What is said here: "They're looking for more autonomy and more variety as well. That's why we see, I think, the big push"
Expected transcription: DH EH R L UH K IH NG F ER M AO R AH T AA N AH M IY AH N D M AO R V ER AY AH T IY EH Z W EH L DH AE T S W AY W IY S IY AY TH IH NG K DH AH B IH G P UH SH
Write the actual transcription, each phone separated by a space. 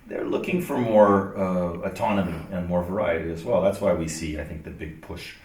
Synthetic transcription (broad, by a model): DH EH R L UH K IH NG F ER M AO R AH T AA N AH M IY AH N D M AO R V ER AY AH T IY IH Z W EH L DH AE T S W AY W IY S IY AY TH IH NG K DH AH B IH G P UH SH